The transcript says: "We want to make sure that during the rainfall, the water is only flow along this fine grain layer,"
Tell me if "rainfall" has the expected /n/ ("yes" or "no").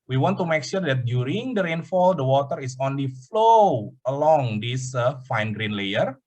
yes